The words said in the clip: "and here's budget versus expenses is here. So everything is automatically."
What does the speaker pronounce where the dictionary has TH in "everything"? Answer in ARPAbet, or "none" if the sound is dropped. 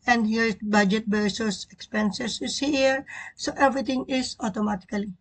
T